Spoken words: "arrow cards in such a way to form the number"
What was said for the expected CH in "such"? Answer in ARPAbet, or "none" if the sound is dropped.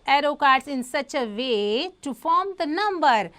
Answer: CH